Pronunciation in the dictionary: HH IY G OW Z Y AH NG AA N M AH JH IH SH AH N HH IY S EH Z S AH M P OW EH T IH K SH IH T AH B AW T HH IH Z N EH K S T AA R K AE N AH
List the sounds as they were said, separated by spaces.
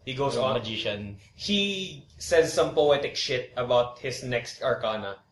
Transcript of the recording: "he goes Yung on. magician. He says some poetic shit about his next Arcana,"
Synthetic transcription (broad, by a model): HH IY G OW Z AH AA N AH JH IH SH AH N HH IY S EH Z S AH M P OW EH T IH K SH IH T AH B AW T HH IH S N EH K S T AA R K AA N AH